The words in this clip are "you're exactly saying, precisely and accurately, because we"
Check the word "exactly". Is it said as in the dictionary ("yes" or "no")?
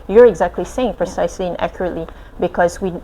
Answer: yes